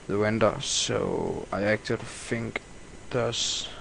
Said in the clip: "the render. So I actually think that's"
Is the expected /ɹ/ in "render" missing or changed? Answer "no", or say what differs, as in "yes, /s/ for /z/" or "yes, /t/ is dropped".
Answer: yes, /w/ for /ɹ/